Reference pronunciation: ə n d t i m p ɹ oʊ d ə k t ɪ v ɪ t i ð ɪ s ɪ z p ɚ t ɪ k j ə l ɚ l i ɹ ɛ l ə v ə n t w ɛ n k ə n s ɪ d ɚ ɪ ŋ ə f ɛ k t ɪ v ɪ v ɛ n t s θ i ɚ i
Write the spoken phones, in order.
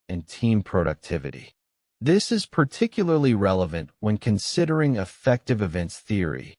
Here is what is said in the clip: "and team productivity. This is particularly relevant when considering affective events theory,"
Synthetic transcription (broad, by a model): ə n t i m p ɹ oʊ d ə k t ɪ v ɪ t i ð ɪ s ɪ z p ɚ t ɪ k j l ɚ l i ɹ ɛ l ə v ə n t w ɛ n k ə n s ɪ d ɚ ɪ ŋ ə f ɛ k t ɪ v ɪ v ɛ n t s θ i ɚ i